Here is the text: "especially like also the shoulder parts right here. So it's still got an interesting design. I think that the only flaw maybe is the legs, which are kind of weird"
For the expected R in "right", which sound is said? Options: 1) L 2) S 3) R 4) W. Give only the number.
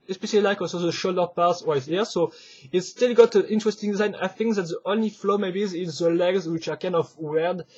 4